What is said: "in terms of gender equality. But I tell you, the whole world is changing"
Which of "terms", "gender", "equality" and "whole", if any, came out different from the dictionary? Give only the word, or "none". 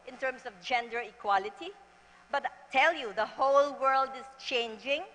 terms